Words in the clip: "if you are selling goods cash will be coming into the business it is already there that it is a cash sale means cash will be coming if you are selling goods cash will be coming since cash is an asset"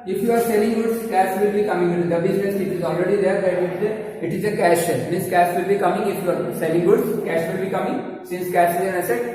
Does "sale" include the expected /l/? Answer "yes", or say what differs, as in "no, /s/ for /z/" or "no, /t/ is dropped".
no, /n/ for /l/